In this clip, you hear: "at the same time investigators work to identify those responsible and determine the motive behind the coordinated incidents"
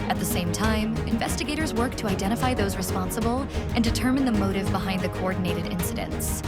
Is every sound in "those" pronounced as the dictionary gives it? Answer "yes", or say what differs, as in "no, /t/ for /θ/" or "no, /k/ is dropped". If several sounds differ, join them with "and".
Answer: yes